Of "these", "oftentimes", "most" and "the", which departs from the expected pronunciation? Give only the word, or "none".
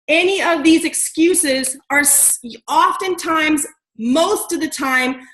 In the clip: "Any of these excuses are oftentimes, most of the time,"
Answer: none